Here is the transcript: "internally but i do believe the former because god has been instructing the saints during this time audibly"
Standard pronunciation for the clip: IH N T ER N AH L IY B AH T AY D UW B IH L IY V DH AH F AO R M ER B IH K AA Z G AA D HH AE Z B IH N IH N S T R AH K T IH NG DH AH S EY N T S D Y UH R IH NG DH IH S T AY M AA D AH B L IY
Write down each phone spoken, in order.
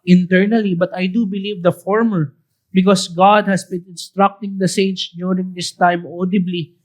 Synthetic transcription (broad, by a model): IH N T ER N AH L IY B AH T AY D UW B IH L IY V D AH F AO R M ER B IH K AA S G AA D HH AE S B IH N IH N S T R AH K T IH NG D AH S EY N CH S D Y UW R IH NG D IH S T AY M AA D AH B L IY